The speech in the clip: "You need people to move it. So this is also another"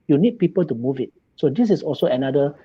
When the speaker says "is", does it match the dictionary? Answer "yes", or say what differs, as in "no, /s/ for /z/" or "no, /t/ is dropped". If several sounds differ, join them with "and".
no, /s/ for /z/